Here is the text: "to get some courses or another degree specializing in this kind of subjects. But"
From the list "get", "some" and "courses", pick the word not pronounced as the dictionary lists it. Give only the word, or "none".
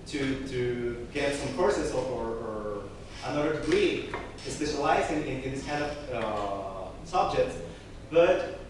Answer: courses